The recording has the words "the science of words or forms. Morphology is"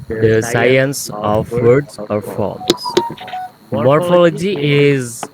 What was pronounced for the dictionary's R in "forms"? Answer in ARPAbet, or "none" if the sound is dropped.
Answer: L